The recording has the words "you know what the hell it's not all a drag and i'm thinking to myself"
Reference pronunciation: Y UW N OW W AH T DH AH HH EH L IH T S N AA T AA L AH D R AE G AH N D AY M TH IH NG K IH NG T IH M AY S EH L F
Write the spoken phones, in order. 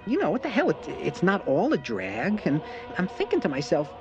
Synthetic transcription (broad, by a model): Y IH N OW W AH T DH AH HH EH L IH T S N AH T AA L AH D R AE G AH N AY M TH IH NG K IH NG T IH M AY S EH L F